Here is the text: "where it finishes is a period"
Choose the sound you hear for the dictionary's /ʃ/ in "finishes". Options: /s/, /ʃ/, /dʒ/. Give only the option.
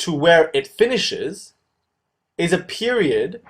/ʃ/